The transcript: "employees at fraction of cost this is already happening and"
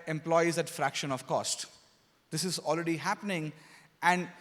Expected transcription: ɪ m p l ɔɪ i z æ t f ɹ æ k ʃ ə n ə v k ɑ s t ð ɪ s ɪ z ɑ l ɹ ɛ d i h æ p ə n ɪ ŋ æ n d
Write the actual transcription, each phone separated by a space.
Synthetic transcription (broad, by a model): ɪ m p l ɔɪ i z æ t f ɹ æ k ʃ ə n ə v k ɑ s t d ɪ s ɪ z ɑ l ɹ ɛ d i h æ p ə n ɪ ŋ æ n d